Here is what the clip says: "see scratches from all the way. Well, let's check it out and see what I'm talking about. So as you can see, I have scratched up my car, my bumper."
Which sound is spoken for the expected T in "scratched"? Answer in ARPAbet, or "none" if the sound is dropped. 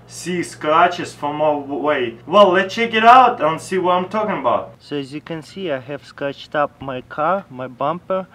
T